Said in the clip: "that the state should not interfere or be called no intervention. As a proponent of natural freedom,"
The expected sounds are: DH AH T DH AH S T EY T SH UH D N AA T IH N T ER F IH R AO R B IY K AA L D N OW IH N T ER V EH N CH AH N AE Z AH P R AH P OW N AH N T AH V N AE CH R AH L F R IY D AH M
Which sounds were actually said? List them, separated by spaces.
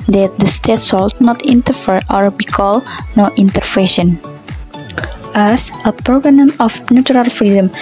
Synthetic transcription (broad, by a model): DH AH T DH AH S T EY T S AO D N AA T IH N T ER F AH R AO R B IY K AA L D N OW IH N T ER F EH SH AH N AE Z AH P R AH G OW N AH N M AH F N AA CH R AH L F R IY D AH M